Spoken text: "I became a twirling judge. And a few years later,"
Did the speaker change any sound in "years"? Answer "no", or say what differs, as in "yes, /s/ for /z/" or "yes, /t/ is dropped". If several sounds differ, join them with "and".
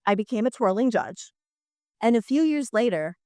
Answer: no